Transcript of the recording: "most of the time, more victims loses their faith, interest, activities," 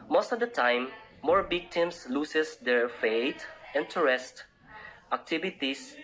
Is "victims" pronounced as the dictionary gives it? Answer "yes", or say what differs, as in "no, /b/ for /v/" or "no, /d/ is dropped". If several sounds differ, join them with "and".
no, /b/ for /v/ and /s/ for /z/